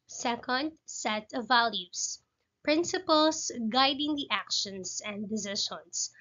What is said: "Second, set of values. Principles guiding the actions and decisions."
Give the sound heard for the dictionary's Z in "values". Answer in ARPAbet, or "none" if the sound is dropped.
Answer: S